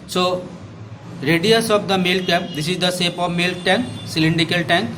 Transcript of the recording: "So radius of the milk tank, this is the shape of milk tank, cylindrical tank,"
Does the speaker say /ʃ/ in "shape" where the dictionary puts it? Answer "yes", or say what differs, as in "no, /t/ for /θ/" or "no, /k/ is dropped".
no, /s/ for /ʃ/